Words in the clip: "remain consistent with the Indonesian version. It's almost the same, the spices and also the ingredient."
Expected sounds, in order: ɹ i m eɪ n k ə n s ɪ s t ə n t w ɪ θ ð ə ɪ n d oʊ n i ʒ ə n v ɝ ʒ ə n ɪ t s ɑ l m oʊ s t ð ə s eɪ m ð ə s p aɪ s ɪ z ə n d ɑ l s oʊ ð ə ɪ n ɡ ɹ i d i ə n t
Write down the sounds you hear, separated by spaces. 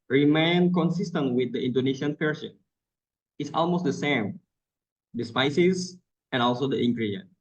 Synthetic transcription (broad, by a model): ɹ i m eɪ n k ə n s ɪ s t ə n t w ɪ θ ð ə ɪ n d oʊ n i ʃ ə n p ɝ s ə n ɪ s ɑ l m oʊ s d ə s eɪ m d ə s p aɪ s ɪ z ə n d ɑ l s oʊ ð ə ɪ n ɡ ɹ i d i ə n